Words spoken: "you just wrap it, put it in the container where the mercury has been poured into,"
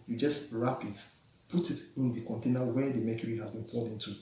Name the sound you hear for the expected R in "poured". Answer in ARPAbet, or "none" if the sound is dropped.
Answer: L